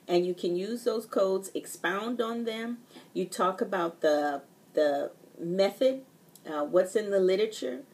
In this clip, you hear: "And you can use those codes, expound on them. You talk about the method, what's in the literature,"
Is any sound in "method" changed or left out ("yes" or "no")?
no